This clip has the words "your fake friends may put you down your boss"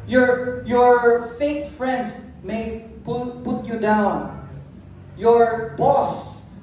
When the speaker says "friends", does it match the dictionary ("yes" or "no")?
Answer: no